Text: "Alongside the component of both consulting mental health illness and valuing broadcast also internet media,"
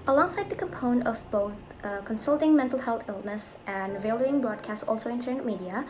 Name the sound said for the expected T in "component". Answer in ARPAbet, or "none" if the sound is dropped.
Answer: none